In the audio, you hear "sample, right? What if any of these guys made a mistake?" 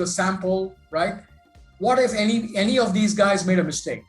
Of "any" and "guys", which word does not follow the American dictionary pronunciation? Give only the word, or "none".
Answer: none